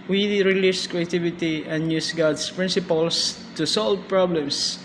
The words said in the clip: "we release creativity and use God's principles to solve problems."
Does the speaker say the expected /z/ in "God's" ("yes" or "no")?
no